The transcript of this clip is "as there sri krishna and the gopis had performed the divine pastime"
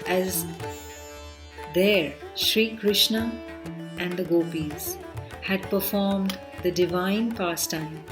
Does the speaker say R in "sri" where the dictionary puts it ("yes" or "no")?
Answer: yes